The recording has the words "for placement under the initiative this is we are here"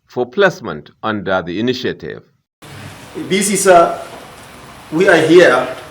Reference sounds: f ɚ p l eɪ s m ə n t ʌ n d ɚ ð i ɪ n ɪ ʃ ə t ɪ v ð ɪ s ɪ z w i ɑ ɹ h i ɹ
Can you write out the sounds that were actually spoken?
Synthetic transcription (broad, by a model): f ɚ p l eɪ s m ə n t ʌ n d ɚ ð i ɪ n ɪ ʃ ə t ɪ v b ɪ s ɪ s w i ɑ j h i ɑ